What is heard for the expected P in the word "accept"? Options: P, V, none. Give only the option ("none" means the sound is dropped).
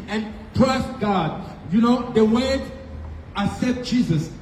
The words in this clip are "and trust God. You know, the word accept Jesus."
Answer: none